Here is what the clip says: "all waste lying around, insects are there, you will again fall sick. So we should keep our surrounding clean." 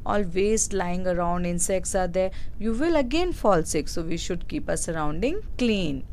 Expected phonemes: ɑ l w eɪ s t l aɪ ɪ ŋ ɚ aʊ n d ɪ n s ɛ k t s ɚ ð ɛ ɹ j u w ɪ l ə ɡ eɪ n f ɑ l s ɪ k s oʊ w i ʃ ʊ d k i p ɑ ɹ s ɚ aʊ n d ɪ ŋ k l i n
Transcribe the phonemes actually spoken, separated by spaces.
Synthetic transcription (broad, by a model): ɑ l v eɪ s t l aɪ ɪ ŋ ɚ aʊ n d ɪ n s ɛ k t s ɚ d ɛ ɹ j u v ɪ l ə ɡ eɪ n f ɑ l s ɪ k s oʊ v i ʃ ʊ d k i p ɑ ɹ s ɚ aʊ n d ɪ ŋ k l i n